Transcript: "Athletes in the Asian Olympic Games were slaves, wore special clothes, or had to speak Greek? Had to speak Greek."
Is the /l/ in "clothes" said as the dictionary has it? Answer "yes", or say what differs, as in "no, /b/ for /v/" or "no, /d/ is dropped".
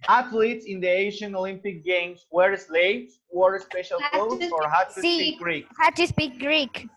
no, /l/ is dropped